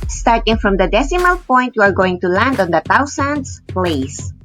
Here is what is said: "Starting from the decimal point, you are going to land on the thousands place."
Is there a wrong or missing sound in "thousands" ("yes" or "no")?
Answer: yes